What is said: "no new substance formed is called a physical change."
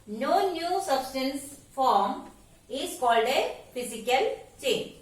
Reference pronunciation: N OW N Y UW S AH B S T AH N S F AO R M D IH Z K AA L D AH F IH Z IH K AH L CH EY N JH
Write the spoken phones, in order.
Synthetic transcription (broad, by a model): N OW N Y UW S AH B S T AH N S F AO R M IH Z K AA L D AH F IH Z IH K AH L CH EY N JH